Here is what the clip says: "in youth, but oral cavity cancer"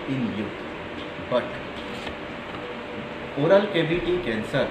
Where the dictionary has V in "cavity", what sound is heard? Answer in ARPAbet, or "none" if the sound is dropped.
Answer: B